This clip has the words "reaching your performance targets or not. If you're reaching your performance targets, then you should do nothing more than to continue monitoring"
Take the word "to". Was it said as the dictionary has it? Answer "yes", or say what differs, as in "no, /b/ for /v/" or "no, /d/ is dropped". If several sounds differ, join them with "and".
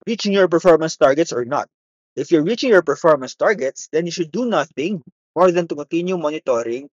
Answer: yes